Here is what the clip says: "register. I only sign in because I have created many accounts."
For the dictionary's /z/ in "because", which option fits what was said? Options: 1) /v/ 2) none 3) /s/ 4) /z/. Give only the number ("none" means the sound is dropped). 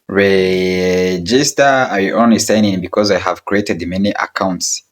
4